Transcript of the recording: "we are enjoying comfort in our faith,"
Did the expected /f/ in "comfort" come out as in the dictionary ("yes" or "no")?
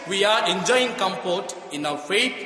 no